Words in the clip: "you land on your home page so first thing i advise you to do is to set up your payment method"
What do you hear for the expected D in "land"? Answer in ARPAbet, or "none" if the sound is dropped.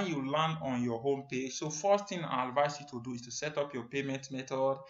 none